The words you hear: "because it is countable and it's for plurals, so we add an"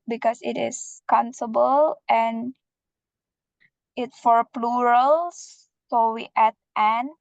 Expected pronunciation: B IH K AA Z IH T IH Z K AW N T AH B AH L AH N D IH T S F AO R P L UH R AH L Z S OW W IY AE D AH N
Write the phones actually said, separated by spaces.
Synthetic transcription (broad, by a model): B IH K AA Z IH T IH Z K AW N S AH B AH L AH N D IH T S F AO R P L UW R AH L S OW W IY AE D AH N